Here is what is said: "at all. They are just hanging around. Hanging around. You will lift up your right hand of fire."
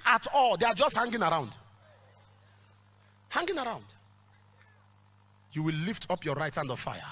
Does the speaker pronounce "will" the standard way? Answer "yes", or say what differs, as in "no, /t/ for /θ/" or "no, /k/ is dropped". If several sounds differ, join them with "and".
yes